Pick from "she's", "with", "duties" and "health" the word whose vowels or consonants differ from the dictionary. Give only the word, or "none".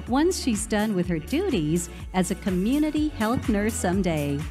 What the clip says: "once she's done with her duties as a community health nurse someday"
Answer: none